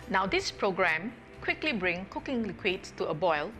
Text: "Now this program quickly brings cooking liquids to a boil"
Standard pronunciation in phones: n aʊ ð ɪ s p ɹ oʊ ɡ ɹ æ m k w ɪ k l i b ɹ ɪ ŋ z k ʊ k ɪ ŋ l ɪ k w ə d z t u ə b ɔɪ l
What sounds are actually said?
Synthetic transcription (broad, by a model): n aʊ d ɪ s p ɹ oʊ ɡ ɹ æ m k w ɪ k l i b ɹ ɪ ŋ k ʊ k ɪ ŋ l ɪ k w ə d s t u ə b ɔɪ l